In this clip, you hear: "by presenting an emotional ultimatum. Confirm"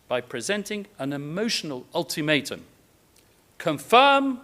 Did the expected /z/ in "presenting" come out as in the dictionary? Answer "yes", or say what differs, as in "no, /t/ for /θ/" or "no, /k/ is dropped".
yes